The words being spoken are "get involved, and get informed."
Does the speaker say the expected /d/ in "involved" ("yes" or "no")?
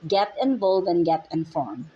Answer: no